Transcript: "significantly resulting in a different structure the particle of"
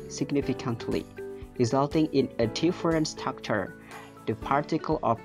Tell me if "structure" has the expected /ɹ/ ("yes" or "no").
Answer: no